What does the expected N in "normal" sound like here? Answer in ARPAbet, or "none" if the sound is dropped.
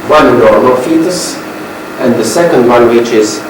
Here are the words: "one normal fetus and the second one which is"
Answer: L